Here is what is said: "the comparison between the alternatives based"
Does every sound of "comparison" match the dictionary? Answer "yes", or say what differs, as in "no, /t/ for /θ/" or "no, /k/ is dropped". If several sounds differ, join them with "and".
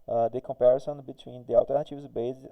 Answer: yes